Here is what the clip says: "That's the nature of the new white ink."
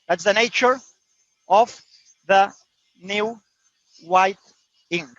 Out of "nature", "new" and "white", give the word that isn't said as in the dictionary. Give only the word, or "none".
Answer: none